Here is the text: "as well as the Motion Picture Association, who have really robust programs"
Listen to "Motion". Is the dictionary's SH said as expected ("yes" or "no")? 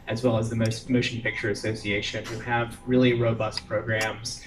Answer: no